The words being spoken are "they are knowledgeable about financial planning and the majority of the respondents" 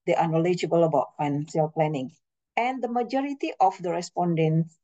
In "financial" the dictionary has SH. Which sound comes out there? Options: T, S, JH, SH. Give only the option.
S